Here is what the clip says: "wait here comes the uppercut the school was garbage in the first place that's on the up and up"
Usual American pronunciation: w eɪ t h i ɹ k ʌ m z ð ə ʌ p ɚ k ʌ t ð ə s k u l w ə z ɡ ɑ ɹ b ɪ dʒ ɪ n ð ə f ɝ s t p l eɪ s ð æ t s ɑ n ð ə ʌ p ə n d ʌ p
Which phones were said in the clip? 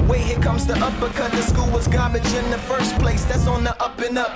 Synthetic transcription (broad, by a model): w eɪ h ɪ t k ʌ m z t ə ʌ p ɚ k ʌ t ð ə s k u l w ə z ɡ ɑ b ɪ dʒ ɪ n ð ə f ɝ s p l eɪ s ð æ t s n ð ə ʌ p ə n ʌ p